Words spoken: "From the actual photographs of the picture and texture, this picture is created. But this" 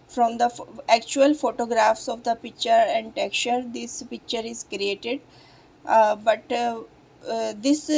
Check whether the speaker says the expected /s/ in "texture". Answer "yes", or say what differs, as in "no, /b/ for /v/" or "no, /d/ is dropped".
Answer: no, /s/ is dropped